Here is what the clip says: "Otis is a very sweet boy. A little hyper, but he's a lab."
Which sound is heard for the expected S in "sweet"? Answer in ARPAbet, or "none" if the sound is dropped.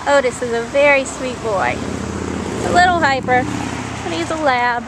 S